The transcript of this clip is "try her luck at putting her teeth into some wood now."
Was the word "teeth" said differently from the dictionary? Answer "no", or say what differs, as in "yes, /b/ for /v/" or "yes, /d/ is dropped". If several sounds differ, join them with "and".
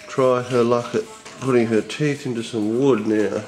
no